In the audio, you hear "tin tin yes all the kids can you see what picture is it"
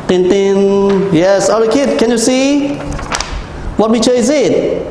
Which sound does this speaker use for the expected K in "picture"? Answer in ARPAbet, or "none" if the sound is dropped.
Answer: none